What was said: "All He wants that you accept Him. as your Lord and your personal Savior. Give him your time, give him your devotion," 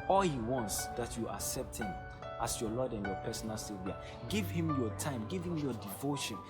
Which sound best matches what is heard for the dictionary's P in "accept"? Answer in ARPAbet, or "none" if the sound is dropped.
P